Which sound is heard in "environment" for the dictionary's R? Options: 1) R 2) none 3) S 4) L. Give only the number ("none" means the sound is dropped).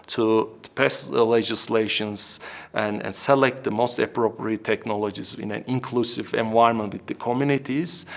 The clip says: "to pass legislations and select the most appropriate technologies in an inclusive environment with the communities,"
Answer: 2